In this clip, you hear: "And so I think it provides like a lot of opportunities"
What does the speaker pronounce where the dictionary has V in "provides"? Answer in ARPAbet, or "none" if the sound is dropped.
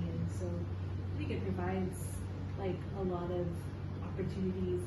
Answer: V